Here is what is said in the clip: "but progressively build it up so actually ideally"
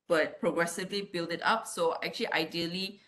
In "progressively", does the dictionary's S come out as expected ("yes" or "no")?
yes